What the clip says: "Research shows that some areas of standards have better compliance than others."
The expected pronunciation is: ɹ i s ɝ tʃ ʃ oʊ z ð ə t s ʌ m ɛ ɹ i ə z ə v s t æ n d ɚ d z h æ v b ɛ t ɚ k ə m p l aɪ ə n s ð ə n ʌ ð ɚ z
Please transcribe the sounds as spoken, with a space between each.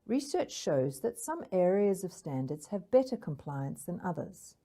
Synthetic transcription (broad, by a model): ɹ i s ɝ tʃ ʃ oʊ z ð ə t s ʌ m ɛ ɹ i ə z ə v s t æ n d ɚ d z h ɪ v b ɛ t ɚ k ə m p l aɪ ə n s ð ə n ʌ ð ɚ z